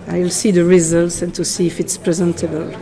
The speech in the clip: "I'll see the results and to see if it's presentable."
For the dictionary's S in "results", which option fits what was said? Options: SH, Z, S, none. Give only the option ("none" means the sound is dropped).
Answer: S